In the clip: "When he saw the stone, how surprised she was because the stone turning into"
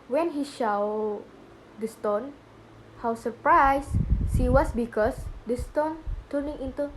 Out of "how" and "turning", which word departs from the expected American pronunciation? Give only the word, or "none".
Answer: none